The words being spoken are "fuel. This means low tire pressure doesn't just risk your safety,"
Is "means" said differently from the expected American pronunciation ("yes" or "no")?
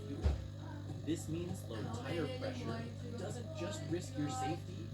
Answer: no